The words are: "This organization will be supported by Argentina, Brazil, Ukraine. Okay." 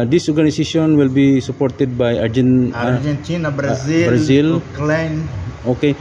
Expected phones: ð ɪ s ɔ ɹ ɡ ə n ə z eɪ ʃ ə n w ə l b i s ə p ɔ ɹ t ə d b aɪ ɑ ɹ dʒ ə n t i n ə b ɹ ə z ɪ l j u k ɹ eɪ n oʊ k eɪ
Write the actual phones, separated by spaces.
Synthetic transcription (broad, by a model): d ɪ s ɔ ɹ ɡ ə n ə s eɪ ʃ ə n w ə l b i s ə p ɔ ɹ t ə d b aɪ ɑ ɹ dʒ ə n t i n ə b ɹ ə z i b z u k l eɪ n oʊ k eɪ